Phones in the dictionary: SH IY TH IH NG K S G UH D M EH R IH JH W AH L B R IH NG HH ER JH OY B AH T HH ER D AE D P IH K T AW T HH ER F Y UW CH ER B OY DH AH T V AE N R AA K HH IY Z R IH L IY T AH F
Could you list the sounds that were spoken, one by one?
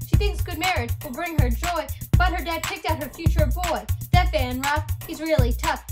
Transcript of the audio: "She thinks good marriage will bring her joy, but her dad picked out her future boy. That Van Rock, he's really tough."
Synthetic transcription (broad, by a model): SH IY TH IH NG K S G UH D M EH R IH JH W AH L B R IH NG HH ER JH OY B AH T HH ER D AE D P IH K T AW T HH ER F Y UW CH ER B OY DH AH T B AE N R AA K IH Z R IH L IY T AH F